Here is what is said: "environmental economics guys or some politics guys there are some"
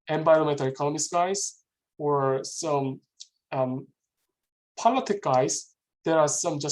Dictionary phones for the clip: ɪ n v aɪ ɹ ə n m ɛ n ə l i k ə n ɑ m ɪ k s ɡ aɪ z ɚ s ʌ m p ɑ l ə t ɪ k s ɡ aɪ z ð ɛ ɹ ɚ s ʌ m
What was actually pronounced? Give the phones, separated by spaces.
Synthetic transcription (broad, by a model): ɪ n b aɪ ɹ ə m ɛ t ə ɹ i k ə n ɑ m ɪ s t ɡ aɪ z ɚ s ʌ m p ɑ l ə t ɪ k ɡ aɪ z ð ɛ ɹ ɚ s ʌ m